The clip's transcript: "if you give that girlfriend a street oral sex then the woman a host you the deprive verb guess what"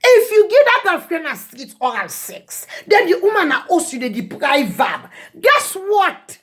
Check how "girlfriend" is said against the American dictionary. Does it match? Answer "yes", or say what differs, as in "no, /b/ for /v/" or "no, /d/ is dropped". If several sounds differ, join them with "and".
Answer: no, /l/ is dropped and /d/ is dropped